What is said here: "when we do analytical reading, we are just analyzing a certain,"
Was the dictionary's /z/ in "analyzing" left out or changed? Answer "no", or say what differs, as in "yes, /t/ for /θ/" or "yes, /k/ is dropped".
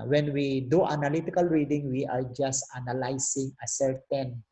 yes, /s/ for /z/